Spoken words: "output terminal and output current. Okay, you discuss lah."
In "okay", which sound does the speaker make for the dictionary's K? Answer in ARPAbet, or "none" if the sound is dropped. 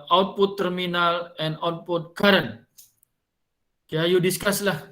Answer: none